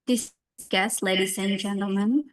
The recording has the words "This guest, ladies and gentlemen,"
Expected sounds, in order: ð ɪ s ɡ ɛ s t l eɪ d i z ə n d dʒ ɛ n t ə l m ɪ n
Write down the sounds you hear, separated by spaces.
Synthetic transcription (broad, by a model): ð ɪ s ɡ ɛ s t l eɪ d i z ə n dʒ ɛ n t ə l m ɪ n